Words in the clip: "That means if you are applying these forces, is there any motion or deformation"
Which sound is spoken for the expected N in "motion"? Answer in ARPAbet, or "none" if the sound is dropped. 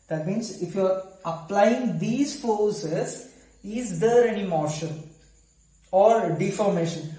L